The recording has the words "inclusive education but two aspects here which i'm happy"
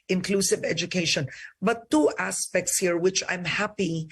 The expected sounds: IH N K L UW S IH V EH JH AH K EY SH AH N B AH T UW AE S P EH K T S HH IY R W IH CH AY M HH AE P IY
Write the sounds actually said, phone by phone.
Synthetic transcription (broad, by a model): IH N K L UW S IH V EH JH AH K EY SH AH N B AH T UW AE S P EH K T S HH IY R W IH CH AY M HH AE P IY